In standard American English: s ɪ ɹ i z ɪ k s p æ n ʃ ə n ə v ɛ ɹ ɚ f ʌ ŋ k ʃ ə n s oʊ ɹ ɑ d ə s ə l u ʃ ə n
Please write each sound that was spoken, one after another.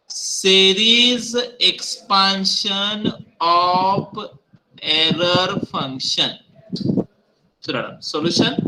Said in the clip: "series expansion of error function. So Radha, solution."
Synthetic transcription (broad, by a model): s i ɹ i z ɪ k s p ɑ n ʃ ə n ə p ɛ ɹ ɚ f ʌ ŋ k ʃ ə n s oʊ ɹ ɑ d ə s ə l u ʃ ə n